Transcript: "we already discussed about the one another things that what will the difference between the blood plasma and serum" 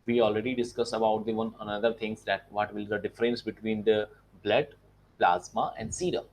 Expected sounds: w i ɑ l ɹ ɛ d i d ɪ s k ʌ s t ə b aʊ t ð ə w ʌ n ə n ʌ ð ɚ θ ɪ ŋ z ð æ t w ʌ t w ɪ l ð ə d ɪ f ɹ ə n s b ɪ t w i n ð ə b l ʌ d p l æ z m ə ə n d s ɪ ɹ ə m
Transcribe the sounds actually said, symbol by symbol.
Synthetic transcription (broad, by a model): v i ɑ l ɹ ɛ d i d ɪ s k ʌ s ə b aʊ t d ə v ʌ n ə n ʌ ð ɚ t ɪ ŋ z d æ t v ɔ t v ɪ l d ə d ɪ f ɹ ə n s b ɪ t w i n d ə b l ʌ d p l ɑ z m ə ə n d s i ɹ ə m